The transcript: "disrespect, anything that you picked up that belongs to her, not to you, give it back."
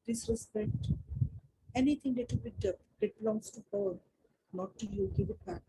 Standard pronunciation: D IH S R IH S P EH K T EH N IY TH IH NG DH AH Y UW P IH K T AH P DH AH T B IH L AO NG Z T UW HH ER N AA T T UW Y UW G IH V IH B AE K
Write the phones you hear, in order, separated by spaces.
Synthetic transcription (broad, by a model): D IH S R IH S P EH K T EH N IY T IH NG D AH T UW B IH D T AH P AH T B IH L AO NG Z T UW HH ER N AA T T UW Y UW G IH V IH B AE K